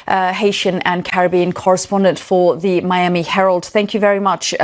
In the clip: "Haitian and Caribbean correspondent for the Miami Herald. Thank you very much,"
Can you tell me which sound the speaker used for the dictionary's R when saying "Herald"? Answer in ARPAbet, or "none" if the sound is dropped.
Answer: R